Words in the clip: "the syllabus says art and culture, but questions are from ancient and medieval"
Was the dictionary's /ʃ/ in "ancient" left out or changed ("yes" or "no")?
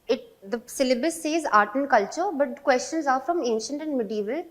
no